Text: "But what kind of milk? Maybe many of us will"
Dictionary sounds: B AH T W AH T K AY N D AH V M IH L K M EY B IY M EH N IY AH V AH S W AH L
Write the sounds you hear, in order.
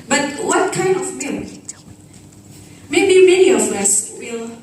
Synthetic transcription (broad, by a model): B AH T W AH T K AY N D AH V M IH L M EY B IY M EH N IY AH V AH S W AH L